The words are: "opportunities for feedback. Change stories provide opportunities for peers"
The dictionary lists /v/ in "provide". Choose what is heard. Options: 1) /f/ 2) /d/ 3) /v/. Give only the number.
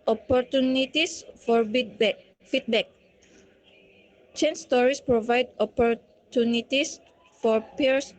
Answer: 3